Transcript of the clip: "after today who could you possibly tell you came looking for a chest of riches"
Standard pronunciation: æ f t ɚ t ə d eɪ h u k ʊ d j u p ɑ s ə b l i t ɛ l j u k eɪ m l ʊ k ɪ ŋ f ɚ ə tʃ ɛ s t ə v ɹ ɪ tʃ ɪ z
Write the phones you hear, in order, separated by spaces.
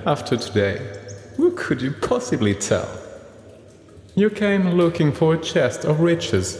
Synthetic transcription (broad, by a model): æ f t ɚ t ə d eɪ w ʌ k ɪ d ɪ p ɑ s ə b l i t ɛ l j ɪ k eɪ m l ʊ k ɪ ŋ f ɚ ə tʃ ɛ s t ə v ɹ ɪ tʃ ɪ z